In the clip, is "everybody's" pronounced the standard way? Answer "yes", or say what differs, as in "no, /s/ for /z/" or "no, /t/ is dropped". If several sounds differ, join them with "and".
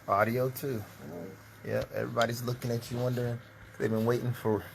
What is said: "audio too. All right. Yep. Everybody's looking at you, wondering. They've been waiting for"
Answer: yes